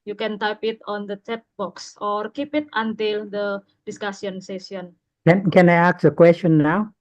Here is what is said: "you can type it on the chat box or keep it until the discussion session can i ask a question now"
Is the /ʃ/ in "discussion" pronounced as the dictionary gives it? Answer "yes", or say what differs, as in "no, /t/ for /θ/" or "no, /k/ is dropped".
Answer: no, /s/ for /ʃ/